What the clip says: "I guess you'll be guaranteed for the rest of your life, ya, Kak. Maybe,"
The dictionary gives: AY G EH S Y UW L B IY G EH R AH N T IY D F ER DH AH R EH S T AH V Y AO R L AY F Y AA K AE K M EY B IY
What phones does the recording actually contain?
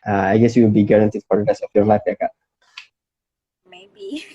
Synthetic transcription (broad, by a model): AY G EH S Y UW W B IY G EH R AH N T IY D F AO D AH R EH S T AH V Y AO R L AY F Y AA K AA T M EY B IY